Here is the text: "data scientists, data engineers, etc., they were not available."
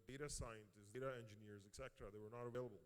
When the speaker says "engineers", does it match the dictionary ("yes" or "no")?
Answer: yes